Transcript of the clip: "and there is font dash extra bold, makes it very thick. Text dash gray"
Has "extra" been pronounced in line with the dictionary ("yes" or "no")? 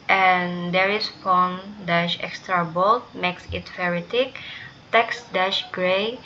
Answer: yes